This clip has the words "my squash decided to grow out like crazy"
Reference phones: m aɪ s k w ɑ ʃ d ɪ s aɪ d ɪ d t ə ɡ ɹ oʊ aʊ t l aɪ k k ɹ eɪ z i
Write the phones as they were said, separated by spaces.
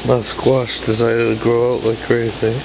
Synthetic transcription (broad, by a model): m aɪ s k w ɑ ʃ d ɪ s aɪ d ɪ d t ə ɡ ɹ oʊ aʊ t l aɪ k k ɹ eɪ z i